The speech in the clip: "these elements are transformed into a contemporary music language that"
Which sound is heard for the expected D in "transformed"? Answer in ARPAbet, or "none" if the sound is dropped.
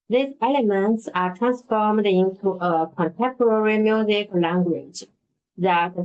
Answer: D